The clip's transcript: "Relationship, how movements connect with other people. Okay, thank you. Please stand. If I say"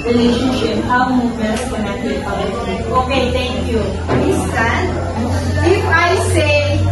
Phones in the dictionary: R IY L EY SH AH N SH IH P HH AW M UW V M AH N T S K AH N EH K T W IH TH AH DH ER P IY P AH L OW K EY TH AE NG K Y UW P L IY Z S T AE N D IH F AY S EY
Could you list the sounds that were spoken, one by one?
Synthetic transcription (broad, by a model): R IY L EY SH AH N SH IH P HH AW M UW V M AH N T K AH N EH K T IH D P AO AH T OW K EY T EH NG K Y UW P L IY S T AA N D IH F AY S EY